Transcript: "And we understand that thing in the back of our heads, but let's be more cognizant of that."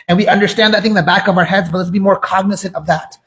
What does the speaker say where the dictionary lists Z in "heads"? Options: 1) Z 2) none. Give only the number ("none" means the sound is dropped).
1